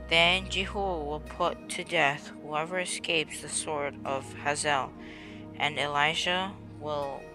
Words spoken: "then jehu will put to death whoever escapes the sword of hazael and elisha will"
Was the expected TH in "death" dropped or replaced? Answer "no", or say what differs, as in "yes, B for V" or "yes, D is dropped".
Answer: no